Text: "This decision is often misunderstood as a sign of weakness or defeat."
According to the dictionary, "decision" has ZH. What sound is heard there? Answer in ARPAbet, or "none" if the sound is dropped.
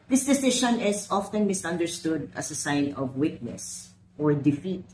SH